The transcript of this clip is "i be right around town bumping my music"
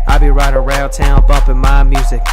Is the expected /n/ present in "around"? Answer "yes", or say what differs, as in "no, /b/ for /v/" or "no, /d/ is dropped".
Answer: no, /l/ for /n/